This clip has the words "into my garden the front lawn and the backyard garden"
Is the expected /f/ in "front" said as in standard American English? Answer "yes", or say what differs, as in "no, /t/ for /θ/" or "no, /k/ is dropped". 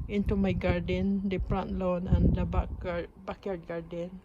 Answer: no, /p/ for /f/